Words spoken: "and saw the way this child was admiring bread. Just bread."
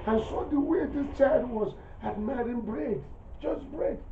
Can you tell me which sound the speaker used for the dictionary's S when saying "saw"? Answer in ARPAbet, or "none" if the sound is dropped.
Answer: S